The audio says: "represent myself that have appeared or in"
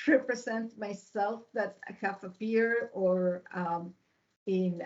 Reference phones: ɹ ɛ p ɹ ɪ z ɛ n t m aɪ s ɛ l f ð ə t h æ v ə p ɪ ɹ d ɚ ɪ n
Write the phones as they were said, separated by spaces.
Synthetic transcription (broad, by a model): ɹ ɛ p ɹ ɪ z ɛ n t m aɪ s ɛ l f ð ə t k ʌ f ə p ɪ ɹ ɚ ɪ n